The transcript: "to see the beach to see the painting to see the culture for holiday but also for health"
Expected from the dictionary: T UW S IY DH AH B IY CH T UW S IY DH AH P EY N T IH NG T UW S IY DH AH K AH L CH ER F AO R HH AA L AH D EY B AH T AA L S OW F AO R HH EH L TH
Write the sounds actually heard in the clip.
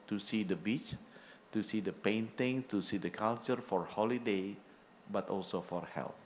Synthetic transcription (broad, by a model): T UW S IY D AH B IY CH T UW S IY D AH P EY N T IH NG T UW S IY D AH K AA L CH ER F AO R HH AA L AH D EY B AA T AA L S OW F AO R HH EH L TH